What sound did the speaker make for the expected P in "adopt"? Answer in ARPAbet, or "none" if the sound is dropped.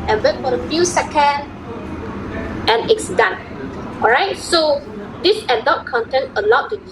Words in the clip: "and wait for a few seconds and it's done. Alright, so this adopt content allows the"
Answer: none